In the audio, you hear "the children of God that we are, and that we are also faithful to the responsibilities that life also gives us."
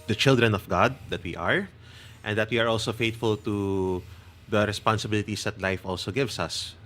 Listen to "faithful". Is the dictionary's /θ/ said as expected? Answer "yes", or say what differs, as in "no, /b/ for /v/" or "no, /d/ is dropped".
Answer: no, /t/ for /θ/